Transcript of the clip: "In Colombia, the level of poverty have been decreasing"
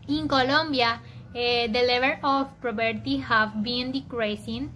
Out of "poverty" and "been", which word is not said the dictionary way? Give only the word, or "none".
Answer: poverty